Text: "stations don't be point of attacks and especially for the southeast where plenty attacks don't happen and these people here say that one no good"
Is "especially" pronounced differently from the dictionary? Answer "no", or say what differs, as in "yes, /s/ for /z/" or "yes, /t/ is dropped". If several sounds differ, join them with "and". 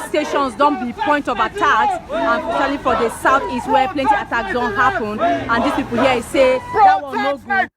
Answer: yes, /ʃ/ is dropped